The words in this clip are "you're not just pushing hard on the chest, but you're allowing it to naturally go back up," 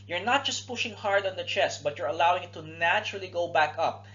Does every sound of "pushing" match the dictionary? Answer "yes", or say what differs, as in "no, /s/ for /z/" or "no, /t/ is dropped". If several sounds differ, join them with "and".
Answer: yes